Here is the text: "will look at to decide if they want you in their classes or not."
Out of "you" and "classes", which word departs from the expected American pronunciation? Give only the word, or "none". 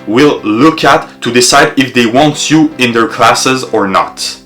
none